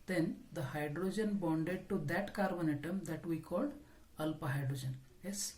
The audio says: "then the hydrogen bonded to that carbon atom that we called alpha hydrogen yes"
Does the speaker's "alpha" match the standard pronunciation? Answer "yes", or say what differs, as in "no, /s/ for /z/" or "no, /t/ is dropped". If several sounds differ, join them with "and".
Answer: no, /p/ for /f/